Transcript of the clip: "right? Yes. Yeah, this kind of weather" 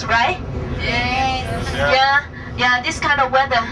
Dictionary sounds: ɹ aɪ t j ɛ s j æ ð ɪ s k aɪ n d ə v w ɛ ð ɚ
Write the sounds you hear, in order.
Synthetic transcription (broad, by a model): ɹ aɪ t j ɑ j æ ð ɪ s k aɪ n d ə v w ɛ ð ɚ